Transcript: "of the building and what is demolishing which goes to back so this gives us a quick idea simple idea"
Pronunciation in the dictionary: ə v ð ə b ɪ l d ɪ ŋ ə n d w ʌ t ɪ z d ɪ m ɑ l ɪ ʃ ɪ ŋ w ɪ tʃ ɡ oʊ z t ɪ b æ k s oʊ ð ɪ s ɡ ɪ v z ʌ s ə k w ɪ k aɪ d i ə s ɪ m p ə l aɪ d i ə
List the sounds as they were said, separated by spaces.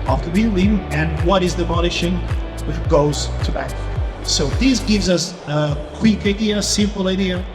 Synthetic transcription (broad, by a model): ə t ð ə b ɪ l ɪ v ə n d w ʌ t ɪ z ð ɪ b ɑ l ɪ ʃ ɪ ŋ w ɪ tʃ ɡ oʊ z t ɪ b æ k s oʊ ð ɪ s ɡ ɪ v z ʌ s ə k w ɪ k aɪ d i ə s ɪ m p l aɪ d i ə